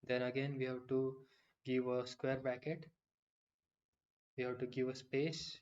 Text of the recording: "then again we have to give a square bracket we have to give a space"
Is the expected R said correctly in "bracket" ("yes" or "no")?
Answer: no